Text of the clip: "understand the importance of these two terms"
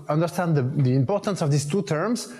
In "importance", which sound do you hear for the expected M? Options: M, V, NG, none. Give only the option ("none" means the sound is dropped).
M